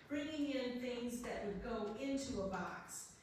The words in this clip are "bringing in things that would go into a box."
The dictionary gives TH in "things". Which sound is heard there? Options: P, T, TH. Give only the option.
TH